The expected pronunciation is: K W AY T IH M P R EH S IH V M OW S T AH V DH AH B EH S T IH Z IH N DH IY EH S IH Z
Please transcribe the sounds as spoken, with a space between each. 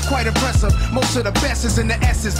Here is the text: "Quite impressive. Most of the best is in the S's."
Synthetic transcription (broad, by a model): K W AY T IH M P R EH S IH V M OW S T AH V DH AH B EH S IH Z IH N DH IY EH S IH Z